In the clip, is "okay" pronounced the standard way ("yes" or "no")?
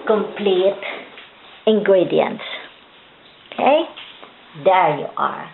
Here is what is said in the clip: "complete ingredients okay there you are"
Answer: yes